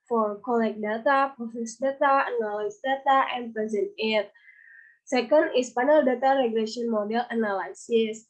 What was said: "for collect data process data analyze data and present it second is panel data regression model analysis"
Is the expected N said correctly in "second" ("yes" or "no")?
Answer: yes